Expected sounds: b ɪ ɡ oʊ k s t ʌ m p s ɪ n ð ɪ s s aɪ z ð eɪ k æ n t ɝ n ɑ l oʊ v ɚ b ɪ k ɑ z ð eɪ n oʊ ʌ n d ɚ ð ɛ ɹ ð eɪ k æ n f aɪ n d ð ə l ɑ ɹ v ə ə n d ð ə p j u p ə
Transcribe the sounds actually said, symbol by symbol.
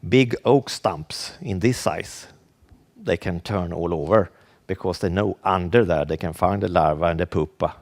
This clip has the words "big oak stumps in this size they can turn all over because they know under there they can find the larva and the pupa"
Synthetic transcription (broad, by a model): b ɪ ɡ oʊ k s t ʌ m p s ɪ n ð ɪ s s aɪ s ð eɪ k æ n t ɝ n ɑ l oʊ v ɚ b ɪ k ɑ s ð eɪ n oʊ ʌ n d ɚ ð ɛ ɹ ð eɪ k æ n f aɪ n d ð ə l ɑ ɹ v ə ə n d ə p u p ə